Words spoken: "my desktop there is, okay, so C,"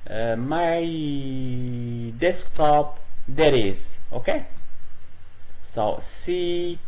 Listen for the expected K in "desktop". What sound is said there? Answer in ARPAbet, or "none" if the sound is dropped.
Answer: K